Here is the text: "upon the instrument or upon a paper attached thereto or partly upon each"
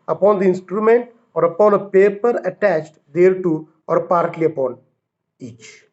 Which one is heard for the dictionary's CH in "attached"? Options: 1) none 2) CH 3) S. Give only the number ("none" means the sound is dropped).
2